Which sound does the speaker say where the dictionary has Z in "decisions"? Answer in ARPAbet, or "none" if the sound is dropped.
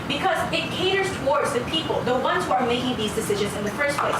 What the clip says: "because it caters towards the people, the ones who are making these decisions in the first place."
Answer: Z